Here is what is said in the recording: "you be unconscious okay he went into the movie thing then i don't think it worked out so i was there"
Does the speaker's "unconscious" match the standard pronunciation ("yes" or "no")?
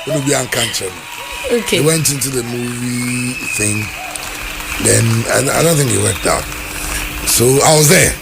no